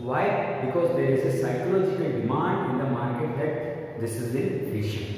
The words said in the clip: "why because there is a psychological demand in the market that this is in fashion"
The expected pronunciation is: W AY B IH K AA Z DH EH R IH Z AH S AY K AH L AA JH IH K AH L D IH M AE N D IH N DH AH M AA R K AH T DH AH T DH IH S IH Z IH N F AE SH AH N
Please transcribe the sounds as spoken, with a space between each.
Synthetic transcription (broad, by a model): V AY B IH K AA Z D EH R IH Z AH S AY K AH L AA CH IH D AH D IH M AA N D IH N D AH M AA R K AH T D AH T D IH S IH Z IH N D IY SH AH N